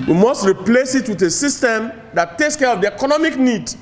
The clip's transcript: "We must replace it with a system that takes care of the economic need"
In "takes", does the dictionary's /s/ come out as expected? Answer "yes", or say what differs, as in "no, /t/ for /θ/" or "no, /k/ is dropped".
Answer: yes